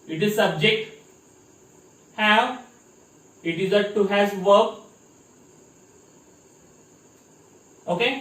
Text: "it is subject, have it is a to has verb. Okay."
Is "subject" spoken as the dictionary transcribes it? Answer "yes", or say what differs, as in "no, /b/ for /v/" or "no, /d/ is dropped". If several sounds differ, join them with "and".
yes